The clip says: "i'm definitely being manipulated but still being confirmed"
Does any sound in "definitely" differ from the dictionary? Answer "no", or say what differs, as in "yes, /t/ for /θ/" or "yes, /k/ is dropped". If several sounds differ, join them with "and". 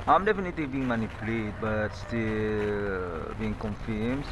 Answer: no